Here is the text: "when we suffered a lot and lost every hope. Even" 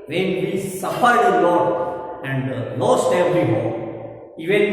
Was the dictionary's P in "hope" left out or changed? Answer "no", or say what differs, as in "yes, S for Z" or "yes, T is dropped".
yes, P is dropped